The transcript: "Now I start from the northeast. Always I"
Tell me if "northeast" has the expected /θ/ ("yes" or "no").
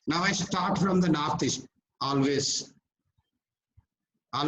no